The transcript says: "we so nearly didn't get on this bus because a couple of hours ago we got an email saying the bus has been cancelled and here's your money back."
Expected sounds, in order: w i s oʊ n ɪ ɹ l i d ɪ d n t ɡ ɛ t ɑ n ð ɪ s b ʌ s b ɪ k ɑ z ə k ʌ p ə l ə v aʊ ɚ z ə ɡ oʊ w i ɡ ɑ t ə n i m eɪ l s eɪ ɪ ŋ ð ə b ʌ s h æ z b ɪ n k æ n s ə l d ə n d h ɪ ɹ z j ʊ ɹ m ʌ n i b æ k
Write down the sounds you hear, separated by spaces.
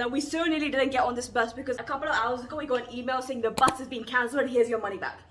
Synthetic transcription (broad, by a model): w i s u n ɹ l i d ɪ d n t ɡ ɛ t n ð ɪ s b ʌ s b ɪ k ɑ z ə k ʌ p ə l ə v aʊ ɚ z ə ɡ oʊ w i ɡ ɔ ə n i m eɪ l s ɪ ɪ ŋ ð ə b ʌ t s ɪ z b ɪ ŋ k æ n s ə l ə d h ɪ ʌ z j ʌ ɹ m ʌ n i b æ k